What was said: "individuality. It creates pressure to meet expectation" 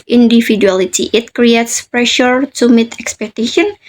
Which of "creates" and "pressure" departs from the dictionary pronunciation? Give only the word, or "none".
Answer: none